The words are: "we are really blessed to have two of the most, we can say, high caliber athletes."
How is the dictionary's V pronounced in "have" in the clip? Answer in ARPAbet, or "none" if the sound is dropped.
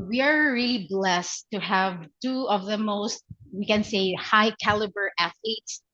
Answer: V